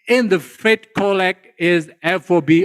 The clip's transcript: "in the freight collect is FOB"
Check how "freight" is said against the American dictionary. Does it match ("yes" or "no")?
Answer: no